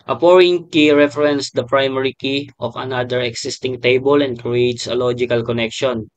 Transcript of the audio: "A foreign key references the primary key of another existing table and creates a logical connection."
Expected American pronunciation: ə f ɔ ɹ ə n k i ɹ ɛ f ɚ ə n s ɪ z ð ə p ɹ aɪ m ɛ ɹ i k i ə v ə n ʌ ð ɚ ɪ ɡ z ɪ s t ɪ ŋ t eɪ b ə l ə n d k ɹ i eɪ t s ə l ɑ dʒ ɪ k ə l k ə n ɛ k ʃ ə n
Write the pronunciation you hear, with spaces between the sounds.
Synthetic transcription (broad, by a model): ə p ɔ ɹ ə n k i ɹ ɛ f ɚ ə n s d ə p ɹ aɪ m ɛ ɹ i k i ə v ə n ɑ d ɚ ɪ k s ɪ s t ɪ ŋ t eɪ b ə l ə n d k ɹ i eɪ t s ə l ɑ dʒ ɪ k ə l k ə n ɛ k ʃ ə n